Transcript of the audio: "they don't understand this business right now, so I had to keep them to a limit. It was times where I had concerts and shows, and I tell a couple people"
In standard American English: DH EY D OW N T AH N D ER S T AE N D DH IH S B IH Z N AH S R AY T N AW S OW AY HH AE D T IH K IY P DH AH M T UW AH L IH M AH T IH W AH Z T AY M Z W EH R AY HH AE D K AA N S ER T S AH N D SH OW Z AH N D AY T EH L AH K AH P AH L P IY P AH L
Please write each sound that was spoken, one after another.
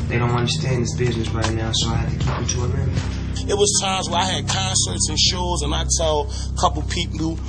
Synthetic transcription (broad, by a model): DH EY D OW N T AH N D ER S T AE N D DH IH S B IH Z N AH S R AY T N AW S OW AY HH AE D T IH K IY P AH T UW AH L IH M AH T W AH Z T AY M Z W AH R AY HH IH D K AA N S ER T S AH N SH OW Z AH N AY T EH L K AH P L P IY P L